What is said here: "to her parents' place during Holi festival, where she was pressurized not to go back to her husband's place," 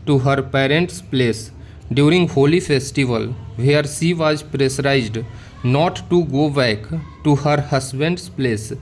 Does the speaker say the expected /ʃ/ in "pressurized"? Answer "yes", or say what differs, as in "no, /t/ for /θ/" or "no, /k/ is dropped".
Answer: no, /s/ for /ʃ/